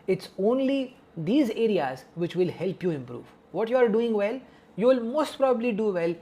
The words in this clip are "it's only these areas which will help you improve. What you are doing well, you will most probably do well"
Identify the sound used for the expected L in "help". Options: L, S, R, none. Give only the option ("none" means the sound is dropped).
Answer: L